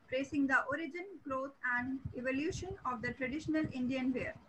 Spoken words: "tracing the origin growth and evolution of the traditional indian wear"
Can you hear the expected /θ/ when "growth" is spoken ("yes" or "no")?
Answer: no